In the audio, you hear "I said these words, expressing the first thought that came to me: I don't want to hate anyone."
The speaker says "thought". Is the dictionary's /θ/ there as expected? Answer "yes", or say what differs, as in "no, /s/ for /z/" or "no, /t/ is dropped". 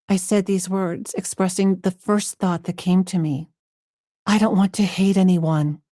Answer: yes